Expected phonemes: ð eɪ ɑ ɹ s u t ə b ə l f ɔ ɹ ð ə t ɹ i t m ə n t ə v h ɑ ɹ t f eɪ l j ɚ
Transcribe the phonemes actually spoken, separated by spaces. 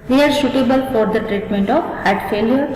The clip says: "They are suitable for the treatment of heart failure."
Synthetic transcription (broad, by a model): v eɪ ɑ ɹ ʃ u t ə b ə l f ɔ ɹ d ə t ɹ i t m ə n t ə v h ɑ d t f eɪ l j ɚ